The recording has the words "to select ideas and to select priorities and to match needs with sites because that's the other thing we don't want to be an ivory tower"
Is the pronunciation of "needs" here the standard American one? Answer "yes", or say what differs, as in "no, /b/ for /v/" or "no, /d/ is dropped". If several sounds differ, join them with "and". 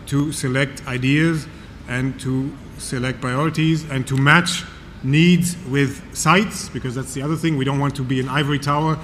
yes